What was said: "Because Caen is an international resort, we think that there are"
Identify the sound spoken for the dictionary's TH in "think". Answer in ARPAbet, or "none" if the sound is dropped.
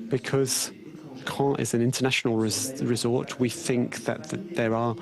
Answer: TH